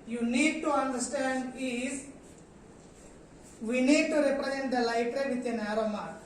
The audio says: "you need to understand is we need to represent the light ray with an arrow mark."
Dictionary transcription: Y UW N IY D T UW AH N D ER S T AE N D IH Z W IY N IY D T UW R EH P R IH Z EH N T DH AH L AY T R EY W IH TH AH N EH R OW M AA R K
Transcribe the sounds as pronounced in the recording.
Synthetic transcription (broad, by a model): Y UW N IY D T UW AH N D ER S T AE N D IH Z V IY N IY D T UW R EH P R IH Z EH N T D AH L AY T R EY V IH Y AH N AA R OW M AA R